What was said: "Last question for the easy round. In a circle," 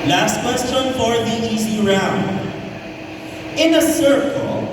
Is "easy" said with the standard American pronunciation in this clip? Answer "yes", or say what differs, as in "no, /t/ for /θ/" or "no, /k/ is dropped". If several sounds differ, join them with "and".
no, /s/ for /z/